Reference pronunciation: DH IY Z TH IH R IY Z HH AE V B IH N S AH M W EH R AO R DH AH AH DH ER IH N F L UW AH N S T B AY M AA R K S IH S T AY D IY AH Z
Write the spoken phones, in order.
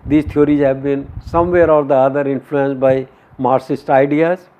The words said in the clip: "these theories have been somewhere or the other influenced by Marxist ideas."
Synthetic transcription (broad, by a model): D IY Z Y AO R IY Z HH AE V B IH N S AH M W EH R AO R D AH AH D ER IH N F L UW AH N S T B AY M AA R S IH S T AY D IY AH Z